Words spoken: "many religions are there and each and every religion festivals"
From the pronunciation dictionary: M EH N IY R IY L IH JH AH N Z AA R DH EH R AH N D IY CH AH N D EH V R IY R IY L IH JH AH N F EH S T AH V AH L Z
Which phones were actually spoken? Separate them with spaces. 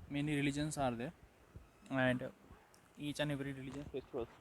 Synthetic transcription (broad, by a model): M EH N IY R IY L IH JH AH N S AA R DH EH AH N D IY CH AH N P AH R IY R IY L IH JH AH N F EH S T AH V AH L